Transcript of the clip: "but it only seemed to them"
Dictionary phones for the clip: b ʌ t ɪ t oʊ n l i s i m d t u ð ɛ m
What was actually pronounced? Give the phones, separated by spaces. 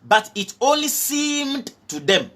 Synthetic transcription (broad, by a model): b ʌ t ɪ t oʊ n l i s i m d t u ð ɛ m